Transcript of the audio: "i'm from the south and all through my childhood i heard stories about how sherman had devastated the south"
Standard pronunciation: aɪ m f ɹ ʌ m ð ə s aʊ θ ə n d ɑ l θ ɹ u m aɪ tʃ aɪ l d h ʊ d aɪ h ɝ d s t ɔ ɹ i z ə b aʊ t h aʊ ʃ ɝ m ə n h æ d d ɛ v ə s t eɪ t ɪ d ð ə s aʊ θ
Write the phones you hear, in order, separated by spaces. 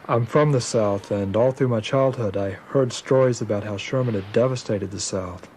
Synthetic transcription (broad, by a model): aɪ m f ɹ ʌ m ð ə s aʊ θ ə n ɑ l θ ɹ u m aɪ tʃ aɪ l d h ʊ d aɪ h ɝ d s t ɔ ɹ i z ə b aʊ t h aʊ ʃ ɝ m ə n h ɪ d d ɛ v ə s t eɪ t ɪ d ð ə s aʊ θ